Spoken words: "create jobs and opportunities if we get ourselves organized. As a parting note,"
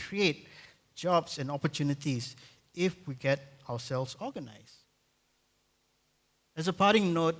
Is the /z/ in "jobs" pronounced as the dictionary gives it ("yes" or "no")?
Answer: no